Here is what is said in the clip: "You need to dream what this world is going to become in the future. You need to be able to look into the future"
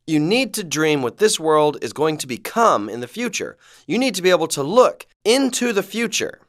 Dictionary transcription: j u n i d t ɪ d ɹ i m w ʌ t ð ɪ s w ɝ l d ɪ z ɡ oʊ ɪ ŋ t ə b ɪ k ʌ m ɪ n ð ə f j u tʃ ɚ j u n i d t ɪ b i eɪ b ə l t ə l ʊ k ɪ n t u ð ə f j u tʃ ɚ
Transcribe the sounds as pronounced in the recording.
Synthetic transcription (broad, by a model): j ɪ n i d t ɪ d ɹ i m w ʌ t ð ɪ s w ɝ l d ɪ z ɡ oʊ ɪ ŋ t ə b ɪ k ʌ m ɪ n ð ə f j u tʃ ɚ j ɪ n i d t ɪ b i eɪ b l t ə l ʊ k ɪ n t u ð ə f j u tʃ ɚ